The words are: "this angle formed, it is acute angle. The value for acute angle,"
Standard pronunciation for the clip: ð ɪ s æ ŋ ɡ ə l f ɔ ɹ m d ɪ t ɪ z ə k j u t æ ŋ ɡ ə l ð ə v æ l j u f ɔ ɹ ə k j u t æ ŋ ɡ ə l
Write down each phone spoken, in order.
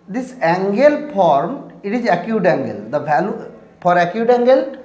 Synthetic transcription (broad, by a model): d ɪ s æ ŋ ɡ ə l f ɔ ɹ m ɪ t ɪ z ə k j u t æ ŋ ɡ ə l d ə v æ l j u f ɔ ɹ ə k j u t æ ŋ ɡ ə l